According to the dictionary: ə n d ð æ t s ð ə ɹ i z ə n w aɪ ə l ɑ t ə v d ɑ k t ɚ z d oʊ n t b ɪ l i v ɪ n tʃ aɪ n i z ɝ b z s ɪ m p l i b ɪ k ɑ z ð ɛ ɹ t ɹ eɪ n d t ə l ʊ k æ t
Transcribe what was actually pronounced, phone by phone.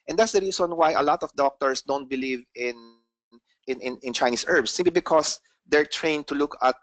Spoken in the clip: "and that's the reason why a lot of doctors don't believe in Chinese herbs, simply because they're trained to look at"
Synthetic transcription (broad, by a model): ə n d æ t s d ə ɹ i s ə n w aɪ ə l ɑ t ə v d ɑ k t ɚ s d oʊ n t b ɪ l i v ɪ n tʃ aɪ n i s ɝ b s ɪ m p l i b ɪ k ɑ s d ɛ ɹ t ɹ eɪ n t ə l ʊ k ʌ t